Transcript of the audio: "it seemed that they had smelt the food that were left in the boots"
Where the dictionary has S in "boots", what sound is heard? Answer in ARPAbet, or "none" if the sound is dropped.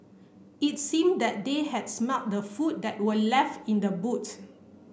none